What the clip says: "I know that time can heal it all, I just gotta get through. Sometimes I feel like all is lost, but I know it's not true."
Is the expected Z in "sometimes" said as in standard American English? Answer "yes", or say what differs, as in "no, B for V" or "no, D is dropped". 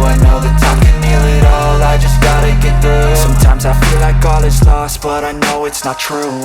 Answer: yes